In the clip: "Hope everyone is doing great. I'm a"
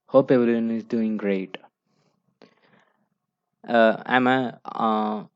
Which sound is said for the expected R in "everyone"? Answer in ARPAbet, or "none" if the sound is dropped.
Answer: L